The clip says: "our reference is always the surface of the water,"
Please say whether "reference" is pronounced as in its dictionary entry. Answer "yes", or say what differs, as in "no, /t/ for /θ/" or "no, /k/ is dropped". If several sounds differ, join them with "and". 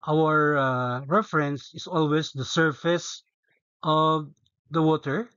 yes